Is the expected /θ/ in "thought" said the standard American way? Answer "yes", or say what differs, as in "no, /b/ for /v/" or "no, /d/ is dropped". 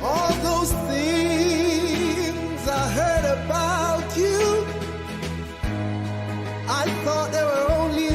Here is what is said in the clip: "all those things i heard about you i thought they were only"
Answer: yes